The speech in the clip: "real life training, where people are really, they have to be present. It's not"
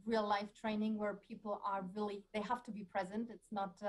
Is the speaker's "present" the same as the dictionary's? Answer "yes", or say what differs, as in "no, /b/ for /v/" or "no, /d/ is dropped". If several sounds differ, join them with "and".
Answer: yes